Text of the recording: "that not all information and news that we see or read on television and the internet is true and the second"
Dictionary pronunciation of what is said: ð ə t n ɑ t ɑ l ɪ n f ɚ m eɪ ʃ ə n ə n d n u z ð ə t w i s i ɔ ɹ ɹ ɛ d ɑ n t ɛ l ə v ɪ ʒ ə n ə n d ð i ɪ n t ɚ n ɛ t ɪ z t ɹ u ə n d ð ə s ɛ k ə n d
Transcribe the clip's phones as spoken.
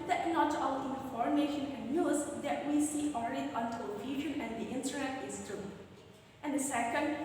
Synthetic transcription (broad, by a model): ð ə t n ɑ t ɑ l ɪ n f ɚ m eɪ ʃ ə n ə n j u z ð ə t w i s i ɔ l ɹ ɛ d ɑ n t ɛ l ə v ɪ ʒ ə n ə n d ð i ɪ n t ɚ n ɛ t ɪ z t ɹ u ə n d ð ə s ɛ k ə n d